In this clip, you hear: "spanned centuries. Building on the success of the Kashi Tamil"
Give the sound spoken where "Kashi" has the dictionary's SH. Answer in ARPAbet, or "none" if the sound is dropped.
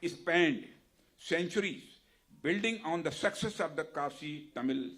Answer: S